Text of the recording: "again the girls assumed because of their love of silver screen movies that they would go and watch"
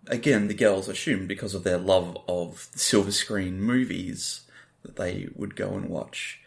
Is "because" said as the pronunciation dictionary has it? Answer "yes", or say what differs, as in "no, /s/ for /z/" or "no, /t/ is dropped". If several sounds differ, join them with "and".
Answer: yes